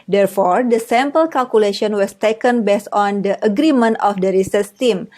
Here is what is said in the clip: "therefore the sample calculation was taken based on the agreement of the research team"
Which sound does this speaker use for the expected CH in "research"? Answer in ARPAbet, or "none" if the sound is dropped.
S